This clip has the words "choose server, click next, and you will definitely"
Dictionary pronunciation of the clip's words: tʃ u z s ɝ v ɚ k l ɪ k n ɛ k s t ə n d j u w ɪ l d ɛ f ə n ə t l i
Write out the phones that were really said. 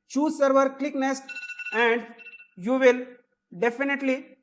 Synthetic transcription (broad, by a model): tʃ u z s ɝ v ɚ k l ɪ k n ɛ s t ə n d j u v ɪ l d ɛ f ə n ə t l i